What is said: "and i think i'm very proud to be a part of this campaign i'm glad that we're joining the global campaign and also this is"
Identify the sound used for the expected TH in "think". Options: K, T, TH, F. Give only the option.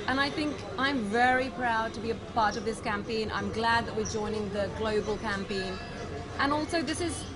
TH